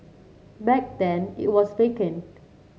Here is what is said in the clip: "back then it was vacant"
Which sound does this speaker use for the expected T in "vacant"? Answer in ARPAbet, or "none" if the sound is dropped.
none